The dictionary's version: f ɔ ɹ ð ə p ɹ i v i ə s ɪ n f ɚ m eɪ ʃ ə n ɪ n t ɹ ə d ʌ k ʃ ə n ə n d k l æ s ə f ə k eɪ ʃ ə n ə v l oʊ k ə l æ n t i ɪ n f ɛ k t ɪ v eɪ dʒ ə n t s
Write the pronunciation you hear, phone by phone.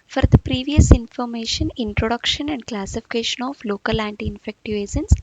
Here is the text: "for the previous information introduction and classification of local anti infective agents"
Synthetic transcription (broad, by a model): f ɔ ɹ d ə p ɹ i v i ə s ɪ n f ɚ m eɪ ʃ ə n ɪ n t ɹ ə d ʌ k ʃ ə n ə n d k l æ s ə f ə k eɪ ʃ ə n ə f l oʊ k ə l æ n t i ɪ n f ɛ k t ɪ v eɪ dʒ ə n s